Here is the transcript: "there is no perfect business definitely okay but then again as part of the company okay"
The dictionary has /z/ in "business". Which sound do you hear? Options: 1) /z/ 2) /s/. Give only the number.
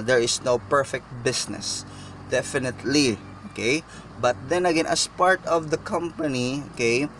2